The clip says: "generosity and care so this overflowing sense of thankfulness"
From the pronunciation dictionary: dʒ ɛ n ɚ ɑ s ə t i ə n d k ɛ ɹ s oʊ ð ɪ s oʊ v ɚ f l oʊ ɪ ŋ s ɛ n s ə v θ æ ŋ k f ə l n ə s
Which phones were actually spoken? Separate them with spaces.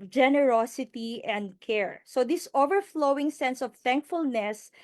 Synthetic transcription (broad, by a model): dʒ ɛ n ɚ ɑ s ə t i ə n d k ɛ ɹ s oʊ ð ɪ s oʊ v ɚ f l oʊ ɪ ŋ s ɛ n s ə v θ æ ŋ k f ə l n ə s